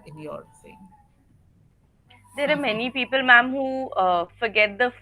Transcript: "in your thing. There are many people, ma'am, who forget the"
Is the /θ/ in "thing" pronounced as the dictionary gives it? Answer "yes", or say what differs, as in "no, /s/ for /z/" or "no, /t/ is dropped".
no, /s/ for /θ/